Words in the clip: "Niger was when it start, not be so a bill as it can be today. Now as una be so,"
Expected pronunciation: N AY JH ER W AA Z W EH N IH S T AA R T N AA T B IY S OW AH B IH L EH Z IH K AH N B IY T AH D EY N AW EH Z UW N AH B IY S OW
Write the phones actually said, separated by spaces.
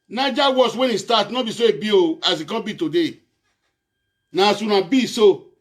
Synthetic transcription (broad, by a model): N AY JH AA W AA S W EH N IH S T AA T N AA B IY S OW AH B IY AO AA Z IH K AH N B IY T AH D EY N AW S UW N AH B IY S OW